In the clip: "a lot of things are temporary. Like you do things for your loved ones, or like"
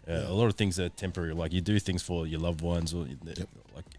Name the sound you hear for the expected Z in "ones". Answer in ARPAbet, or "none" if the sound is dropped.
Z